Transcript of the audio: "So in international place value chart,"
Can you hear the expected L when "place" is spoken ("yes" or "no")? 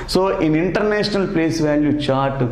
yes